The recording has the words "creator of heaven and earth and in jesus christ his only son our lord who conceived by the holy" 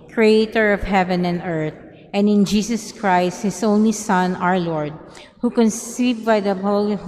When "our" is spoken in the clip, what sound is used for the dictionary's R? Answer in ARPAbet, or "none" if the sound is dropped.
R